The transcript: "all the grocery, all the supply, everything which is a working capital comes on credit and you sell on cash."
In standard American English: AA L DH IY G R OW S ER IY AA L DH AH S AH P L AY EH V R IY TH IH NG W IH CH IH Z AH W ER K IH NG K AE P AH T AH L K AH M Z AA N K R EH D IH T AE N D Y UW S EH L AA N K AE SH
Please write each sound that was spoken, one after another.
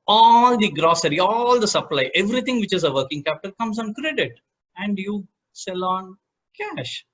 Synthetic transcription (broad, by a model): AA L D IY G R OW S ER IY AA L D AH S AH P L AY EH V R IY T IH NG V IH CH IH Z AH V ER K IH NG K AE P AH T AH L K AH M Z AA N K R EH D IH T AE N D Y UW S EH L AA N K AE SH